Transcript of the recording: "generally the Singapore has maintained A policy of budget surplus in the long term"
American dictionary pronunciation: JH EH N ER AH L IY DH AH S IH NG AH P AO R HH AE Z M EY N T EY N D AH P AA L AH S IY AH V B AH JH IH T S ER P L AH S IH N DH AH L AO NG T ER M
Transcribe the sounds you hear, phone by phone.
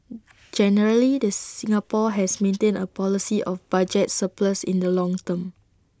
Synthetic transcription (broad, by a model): JH EH N ER AH L IY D AH S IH NG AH P AO HH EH S M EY N T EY N AH P AA L AH S IY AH F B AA JH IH T S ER P L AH S IH N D AH L AO NG T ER M